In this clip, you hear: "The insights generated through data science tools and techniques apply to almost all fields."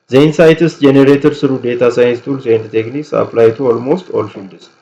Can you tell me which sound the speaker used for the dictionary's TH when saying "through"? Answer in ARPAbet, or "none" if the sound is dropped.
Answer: S